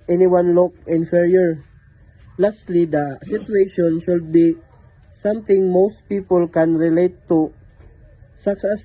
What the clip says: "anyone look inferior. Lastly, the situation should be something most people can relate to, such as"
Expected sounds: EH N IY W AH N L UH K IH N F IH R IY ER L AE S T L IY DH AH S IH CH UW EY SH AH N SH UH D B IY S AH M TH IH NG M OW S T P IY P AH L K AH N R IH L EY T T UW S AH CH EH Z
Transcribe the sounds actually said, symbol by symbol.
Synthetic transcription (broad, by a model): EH N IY W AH N L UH K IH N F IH R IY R L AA S T L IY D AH S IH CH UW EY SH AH N SH UH D B IY S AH M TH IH NG M OW S T P IY P AH L K AH N R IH L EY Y T UW S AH S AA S